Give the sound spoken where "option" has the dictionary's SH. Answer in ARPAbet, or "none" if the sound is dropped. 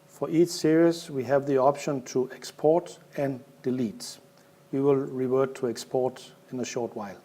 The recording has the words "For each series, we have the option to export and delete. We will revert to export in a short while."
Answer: SH